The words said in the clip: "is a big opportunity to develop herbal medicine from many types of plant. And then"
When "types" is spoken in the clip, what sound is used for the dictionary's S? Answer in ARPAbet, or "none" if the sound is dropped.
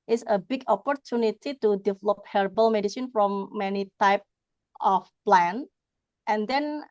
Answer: none